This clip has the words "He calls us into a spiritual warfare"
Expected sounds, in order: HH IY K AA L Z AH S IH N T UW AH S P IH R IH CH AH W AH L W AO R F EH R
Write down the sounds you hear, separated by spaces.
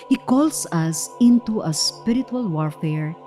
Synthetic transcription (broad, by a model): HH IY K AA L S AH S IH N T UW AH S P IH R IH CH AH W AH L W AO R F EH R